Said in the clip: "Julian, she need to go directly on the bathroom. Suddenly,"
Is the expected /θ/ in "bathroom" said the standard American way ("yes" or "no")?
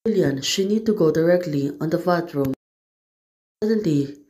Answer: no